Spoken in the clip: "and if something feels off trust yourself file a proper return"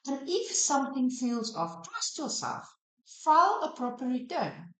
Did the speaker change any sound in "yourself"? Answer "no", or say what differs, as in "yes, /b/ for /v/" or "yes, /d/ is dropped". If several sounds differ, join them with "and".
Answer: yes, /l/ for /ɹ/